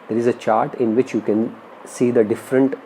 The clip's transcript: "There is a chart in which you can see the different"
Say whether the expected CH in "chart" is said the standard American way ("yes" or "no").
yes